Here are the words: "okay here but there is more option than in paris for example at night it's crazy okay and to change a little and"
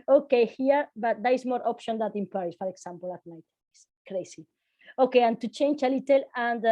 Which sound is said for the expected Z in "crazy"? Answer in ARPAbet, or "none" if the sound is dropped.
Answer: S